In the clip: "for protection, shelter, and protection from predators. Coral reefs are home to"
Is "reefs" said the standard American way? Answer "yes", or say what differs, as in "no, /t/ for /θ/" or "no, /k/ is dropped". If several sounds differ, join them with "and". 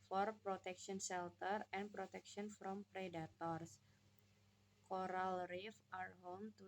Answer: no, /s/ is dropped